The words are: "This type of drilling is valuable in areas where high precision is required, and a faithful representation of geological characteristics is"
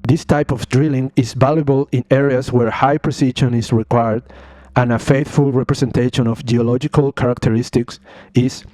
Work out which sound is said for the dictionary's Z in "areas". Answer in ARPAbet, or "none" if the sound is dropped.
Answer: S